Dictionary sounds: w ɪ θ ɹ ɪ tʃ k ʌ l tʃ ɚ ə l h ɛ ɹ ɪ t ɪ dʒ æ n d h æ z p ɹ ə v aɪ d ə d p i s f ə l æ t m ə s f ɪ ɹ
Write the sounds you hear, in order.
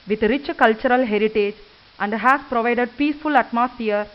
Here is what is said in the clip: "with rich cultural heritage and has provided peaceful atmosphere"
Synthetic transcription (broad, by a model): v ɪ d ɹ ɪ tʃ k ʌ l tʃ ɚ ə l h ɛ ɹ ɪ t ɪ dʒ æ n d h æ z p ɹ ə v aɪ d ə d p i s f ə l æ t m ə s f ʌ ɹ